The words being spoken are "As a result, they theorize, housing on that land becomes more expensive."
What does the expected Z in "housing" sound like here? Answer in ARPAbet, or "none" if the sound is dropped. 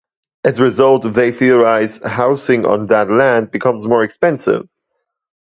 S